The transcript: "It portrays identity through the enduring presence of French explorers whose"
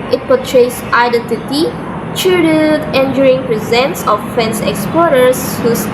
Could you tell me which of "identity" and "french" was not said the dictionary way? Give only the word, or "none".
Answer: french